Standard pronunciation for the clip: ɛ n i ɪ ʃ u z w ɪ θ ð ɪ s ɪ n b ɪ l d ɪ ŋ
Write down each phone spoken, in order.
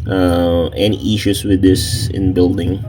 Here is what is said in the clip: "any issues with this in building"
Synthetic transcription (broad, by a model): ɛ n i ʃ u s w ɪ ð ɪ s ɪ n b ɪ l d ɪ ŋ